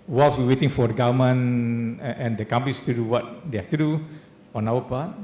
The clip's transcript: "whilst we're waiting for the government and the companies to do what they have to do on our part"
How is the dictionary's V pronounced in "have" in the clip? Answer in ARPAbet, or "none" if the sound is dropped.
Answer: F